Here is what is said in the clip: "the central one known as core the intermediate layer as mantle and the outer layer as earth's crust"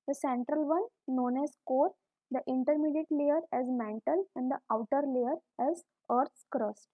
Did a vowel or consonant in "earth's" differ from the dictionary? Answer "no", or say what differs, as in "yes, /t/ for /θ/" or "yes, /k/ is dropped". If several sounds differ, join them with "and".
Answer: yes, /t/ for /θ/